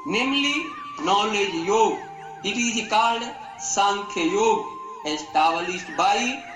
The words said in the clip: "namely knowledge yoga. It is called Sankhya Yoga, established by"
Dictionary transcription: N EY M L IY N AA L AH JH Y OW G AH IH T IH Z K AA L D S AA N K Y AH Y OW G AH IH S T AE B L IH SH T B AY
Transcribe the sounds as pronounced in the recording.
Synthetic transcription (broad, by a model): N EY M L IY N AA L AH JH Y OW G AH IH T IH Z K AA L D S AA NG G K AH Y OW G AH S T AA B L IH S T B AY